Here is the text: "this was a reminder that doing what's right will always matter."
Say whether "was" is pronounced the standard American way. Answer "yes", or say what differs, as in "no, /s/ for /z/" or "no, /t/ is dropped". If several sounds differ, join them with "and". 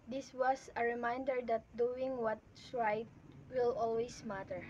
no, /s/ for /z/